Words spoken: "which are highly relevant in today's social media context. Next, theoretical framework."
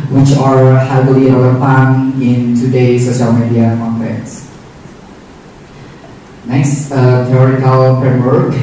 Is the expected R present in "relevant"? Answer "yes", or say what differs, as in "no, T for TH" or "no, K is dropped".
no, L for R